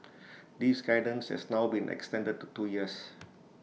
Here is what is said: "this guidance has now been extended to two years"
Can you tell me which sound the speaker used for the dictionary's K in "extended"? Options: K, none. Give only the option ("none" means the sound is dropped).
K